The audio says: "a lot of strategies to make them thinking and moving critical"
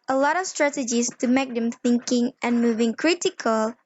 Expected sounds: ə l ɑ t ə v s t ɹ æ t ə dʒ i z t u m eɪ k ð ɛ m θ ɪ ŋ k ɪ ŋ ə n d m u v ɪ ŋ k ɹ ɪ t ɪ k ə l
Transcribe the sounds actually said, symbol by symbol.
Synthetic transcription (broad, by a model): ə l ɑ t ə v s t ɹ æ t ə dʒ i s t u m eɪ k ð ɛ m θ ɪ ŋ k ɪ ŋ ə n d m u v ɪ ŋ k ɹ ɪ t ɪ k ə l